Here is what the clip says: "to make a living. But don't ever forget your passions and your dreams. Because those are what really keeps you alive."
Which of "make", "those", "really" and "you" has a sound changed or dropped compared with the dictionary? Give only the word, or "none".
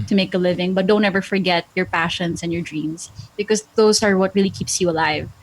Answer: those